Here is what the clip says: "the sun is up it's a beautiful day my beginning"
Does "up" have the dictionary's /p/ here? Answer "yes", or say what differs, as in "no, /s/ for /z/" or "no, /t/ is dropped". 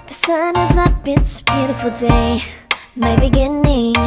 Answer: no, /b/ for /p/